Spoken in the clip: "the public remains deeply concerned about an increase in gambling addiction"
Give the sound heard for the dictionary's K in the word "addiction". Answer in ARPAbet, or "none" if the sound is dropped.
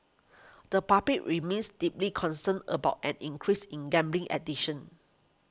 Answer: none